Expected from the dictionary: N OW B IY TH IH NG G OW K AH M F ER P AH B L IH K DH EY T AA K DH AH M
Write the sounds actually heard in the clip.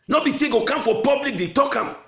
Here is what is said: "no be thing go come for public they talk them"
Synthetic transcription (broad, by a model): N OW B IY T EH G OW K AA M F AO P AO B L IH K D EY T AA K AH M